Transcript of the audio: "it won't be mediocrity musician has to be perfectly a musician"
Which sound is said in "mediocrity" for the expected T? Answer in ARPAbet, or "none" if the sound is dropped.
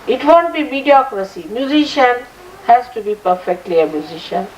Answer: S